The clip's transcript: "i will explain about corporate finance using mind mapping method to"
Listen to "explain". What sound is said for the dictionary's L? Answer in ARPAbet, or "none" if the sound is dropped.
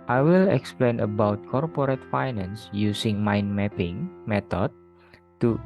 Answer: L